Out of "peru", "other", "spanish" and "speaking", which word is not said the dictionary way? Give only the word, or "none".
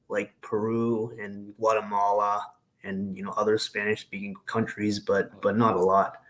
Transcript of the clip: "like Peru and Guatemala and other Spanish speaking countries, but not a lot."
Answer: none